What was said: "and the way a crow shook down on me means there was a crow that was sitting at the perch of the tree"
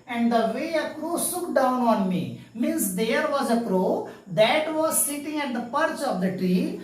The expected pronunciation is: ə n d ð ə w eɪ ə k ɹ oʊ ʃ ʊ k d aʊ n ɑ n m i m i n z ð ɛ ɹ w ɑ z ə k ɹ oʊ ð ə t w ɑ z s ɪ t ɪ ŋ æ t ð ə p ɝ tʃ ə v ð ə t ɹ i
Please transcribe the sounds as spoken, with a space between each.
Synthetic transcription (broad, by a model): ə n d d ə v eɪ ə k ɹ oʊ s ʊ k d aʊ n ɑ n m i m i n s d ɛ ɹ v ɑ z ə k ɹ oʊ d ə t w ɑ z s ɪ t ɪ ŋ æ t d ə p ɝ tʃ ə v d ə t ɹ i